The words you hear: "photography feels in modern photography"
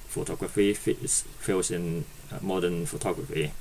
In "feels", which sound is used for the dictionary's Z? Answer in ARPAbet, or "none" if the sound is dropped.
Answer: S